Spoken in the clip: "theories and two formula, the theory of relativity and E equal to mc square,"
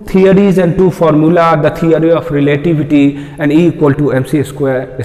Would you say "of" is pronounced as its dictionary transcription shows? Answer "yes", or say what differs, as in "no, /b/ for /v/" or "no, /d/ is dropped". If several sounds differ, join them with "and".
no, /p/ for /v/